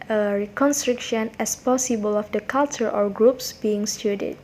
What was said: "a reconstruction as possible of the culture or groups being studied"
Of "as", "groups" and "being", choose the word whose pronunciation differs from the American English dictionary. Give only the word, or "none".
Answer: as